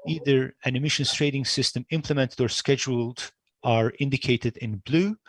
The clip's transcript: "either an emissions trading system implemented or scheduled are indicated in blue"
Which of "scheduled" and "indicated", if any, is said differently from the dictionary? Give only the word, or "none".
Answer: none